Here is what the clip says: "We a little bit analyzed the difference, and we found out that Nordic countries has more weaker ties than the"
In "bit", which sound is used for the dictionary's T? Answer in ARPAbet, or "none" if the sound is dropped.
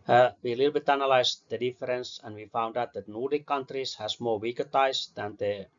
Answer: T